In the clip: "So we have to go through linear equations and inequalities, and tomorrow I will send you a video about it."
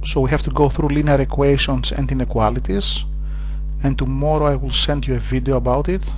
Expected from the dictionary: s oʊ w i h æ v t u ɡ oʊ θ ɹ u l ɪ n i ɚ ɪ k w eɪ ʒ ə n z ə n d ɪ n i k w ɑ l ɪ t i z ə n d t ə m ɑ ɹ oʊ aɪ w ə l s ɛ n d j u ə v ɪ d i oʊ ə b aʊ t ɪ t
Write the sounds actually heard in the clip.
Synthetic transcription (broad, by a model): s oʊ w i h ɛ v t u ɡ oʊ θ ɹ u l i n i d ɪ k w eɪ ʃ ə n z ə n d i n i k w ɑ l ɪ t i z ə n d t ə m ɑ ɹ oʊ aɪ w ə l s ɛ n d j u ə v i d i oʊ ə b aʊ t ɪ t